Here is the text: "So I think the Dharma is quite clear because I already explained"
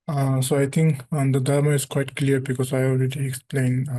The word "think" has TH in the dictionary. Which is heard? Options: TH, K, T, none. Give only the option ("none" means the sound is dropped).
T